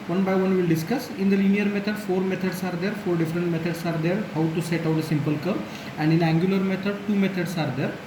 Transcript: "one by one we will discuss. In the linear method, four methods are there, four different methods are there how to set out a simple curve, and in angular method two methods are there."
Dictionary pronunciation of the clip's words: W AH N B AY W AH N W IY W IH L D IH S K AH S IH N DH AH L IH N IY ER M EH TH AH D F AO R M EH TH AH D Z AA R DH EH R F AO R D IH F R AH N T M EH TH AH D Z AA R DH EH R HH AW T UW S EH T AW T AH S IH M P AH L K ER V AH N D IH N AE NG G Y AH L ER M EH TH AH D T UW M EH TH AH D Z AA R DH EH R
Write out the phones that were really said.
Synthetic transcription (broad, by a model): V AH N B AY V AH N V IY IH L D IH S K AH S IH N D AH L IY N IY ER M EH T AH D F AO R M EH T AH D S AA R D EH R F AO R D IH F R AH N T M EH T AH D S AA R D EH R HH AW T UW S EH T AW T AH S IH M P AH L K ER AH N D IH N AE NG G Y AH L ER M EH T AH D T UW M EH T AH D S AA R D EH R